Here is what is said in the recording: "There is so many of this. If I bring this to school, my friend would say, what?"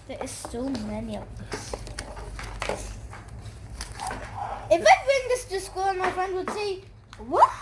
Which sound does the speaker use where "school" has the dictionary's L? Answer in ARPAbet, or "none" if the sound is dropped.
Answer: N